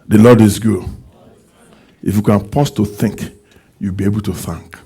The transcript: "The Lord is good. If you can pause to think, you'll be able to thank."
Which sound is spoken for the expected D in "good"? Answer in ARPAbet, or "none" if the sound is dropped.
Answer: none